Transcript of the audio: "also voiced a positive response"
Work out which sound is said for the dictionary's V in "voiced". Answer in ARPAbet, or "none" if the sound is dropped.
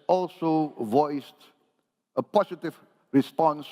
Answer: V